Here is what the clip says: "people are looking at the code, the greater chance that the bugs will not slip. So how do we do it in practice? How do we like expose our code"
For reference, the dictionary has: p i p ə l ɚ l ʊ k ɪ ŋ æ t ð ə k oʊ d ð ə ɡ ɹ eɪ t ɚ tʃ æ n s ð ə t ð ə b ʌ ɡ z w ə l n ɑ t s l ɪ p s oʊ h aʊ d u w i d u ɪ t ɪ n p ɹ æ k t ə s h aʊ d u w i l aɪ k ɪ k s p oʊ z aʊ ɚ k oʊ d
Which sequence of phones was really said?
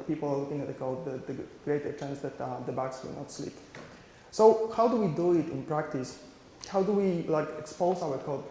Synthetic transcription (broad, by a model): p i p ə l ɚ l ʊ k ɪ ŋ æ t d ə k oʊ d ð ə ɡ ɹ eɪ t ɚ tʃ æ n s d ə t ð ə b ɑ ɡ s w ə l n ɑ t s l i p s oʊ h aʊ d u w i d u ɪ t ɪ n p ɹ æ k t ə s h aʊ d u w i l aɪ k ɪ k s p oʊ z aʊ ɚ k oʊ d